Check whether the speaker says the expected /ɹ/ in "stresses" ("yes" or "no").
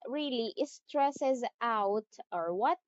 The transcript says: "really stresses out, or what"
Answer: yes